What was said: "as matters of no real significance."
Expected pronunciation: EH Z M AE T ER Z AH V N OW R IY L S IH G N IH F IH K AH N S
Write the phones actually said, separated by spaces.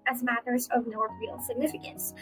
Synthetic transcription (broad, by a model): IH Z M AE T ER Z AH V N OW R IY L S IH G N IH F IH K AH N S